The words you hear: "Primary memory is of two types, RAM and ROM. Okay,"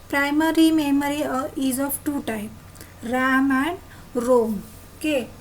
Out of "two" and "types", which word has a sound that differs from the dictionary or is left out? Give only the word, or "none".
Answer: types